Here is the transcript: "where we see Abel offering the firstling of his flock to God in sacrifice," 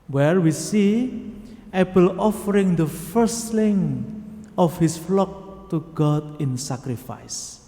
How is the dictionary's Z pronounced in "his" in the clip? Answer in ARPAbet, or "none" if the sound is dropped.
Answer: S